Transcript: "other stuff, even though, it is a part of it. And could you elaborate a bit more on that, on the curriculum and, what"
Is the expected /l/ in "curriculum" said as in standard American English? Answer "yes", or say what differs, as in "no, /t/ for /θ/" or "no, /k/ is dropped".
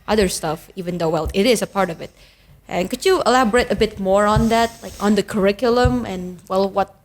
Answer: yes